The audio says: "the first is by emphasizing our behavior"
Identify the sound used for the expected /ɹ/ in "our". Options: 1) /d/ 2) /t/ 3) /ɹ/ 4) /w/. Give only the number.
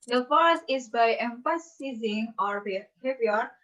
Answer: 3